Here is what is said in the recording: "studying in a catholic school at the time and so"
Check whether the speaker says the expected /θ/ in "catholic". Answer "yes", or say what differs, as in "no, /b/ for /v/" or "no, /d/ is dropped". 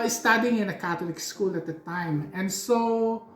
no, /t/ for /θ/